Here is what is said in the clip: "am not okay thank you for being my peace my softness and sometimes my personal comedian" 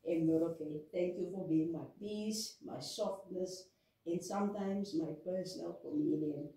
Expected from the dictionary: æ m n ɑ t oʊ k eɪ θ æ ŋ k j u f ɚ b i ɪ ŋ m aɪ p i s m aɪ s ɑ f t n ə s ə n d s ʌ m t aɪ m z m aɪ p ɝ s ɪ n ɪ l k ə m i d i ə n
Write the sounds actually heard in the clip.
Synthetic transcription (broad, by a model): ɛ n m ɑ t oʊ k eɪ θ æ ŋ k j u f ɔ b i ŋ m aɪ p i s m aɪ s ɑ f t n ə s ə n s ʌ m t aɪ m s m aɪ p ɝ s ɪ n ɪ l k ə m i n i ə n